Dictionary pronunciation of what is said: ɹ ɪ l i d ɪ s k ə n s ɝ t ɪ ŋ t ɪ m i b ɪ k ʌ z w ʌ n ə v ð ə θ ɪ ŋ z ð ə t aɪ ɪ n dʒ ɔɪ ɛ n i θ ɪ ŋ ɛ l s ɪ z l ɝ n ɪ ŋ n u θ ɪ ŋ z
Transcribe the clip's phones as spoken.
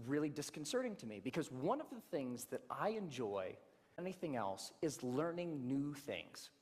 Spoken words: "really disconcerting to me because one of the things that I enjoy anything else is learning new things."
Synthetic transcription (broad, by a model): ɹ ɪ l i d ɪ s k n s ɝ t ɪ ŋ t ɪ m i b ɪ k ʌ z w ʌ n ə v ð ə θ ɪ ŋ z ð ə t aɪ ɪ n dʒ ɔɪ ɛ n i θ ɪ ŋ ɛ l s ɪ z l ɝ n ɪ ŋ n u θ ɪ ŋ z